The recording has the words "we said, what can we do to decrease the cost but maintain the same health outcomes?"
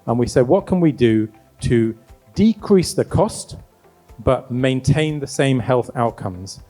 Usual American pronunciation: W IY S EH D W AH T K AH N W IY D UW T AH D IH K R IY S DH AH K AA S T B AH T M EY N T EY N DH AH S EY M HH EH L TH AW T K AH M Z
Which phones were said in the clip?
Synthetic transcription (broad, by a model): W IY S EH D W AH T K AH N W IY D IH T AH D IH K R IY S DH AH K AA S T B AH T M EY N T EY N DH AH S EY M HH EH L TH AW T K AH M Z